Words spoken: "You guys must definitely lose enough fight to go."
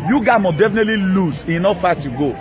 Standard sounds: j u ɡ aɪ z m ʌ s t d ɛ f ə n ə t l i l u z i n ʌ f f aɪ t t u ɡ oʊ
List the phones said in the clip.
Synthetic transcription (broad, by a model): j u ɡ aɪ m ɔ d ɛ f ə n ə t l i l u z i n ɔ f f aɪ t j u ɡ oʊ